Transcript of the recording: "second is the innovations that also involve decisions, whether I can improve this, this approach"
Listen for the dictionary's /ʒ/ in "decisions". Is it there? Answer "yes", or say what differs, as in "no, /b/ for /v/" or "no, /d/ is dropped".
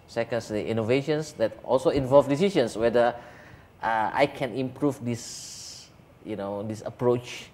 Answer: no, /ʃ/ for /ʒ/